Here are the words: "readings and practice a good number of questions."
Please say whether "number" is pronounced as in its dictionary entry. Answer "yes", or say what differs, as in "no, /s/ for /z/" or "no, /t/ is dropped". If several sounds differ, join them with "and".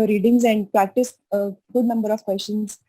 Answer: yes